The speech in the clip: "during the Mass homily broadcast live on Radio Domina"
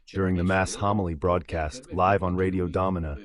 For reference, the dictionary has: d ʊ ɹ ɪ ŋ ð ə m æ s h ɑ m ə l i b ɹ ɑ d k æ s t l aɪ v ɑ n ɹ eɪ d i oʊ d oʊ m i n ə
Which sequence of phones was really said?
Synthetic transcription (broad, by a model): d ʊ ɹ ɪ ŋ ð ə m æ s h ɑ m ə l i b ɹ ɑ d k æ s t l aɪ v n ɹ eɪ d i oʊ d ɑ m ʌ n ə